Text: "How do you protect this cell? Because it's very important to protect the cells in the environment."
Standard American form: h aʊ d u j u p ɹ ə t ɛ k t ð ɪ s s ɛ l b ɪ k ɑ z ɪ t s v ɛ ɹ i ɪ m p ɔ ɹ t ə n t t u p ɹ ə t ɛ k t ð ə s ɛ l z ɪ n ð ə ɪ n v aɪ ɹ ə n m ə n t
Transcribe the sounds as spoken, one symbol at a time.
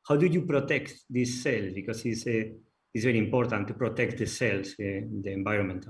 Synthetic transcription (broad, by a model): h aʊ d u j u p ɹ ə t ɛ k t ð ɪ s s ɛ l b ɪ k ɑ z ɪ s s v ɛ ɹ i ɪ m p ɔ ɹ t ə n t t u p ɹ ə t ɛ k t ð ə s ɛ l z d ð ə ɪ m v aɪ ɹ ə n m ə n t